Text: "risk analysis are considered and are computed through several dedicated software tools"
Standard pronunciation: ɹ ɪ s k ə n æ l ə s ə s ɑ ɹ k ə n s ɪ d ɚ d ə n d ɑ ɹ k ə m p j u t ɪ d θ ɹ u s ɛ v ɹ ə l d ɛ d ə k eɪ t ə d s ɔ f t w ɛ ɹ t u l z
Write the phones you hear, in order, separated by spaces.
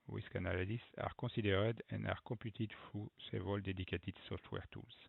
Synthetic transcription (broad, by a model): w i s k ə n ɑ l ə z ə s ɑ ɹ k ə s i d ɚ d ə n ɑ ɹ k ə p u t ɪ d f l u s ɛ v ə l d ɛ d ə k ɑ t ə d s ɔ f t w ɛ ɹ t u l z